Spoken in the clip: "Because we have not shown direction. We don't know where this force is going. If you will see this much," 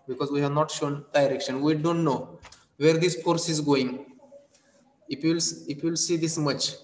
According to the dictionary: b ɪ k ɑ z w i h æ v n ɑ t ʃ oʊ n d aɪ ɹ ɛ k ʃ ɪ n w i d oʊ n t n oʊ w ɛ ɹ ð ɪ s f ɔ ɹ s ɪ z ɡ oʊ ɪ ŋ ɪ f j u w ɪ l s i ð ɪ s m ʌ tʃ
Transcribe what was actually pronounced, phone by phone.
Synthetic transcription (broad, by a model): b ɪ k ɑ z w i h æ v n ɑ t ʃ oʊ n d aɪ ɹ ɛ k ʃ ɪ n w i d oʊ n t n oʊ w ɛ ɹ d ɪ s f ɔ ɹ s ɪ z ɡ oʊ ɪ ŋ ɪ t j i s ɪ l s i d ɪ s m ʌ tʃ